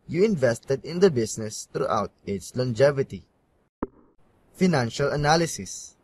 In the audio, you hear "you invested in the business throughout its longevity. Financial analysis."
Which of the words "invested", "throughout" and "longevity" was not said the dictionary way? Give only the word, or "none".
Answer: throughout